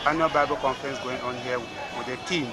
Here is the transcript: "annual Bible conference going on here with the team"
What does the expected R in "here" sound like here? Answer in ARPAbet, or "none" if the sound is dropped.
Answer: W